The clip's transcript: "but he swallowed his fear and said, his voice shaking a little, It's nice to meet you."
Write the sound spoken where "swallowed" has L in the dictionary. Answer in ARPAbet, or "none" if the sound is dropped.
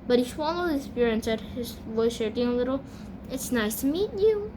N